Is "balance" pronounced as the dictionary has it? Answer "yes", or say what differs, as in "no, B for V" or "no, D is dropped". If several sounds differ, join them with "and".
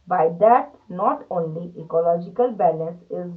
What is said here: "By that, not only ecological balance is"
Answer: no, N is dropped